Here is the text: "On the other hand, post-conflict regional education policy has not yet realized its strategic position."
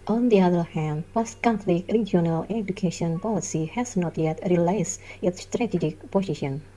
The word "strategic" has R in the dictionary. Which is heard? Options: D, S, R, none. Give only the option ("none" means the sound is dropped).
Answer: R